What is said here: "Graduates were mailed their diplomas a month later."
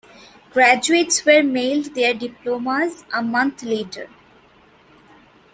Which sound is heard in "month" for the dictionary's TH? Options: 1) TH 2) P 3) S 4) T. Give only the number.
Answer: 4